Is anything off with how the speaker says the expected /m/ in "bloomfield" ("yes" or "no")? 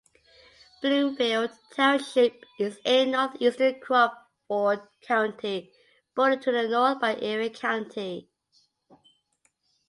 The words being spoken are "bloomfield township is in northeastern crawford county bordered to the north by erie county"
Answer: yes